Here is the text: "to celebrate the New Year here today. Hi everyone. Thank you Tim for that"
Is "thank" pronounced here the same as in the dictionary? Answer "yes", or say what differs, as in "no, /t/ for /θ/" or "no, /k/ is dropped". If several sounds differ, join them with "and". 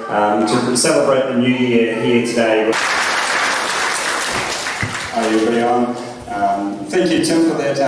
yes